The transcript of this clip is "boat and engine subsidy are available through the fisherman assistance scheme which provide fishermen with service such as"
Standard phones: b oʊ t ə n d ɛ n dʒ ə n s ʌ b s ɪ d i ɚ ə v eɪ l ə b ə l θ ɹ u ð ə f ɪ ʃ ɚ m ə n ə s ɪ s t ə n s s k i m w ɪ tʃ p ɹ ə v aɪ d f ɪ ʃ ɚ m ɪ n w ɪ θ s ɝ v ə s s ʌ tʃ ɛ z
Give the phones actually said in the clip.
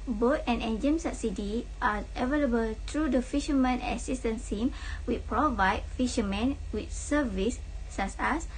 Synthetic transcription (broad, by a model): b oʊ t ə n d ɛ n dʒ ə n s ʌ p s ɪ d i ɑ ə v eɪ l ə b ə l t ɹ u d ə f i ʃ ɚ m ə n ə s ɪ s t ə n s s i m w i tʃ p ɹ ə v aɪ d f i ʃ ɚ m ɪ n w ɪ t s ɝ v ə s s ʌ s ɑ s